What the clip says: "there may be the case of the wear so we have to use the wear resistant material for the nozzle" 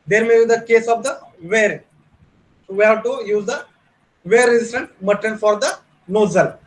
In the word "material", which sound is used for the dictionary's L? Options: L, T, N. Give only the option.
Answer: N